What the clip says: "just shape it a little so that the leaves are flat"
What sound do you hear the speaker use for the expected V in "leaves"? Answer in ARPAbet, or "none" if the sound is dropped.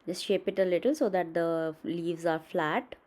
V